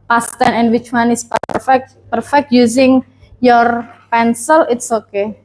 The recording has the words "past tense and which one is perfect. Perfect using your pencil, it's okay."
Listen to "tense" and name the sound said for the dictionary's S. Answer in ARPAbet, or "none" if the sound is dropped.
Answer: none